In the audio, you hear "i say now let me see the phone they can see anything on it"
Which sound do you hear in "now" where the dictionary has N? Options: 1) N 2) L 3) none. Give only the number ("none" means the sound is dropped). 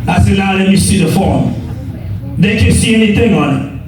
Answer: 2